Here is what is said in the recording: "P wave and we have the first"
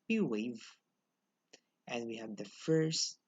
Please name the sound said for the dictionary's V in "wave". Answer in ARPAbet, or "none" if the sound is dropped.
V